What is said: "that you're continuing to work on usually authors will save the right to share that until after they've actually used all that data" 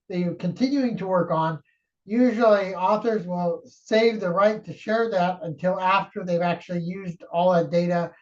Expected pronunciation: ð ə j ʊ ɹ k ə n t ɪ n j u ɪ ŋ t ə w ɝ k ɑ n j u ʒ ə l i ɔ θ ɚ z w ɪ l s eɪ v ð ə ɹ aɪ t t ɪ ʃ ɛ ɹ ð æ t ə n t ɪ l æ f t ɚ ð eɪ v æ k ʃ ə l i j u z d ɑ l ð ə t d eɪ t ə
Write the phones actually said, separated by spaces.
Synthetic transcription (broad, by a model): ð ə k ə n t ɪ n j u ɪ ŋ t ə w ɝ k n j u ʒ l i ɔ θ ɚ z w ɪ l s eɪ v ð ə ɹ aɪ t t ɪ ʃ ɛ ɹ ð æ t ə n t ɪ l æ f t ɚ ð eɪ v æ k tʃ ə l i j u z d ɑ l ð ə t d eɪ t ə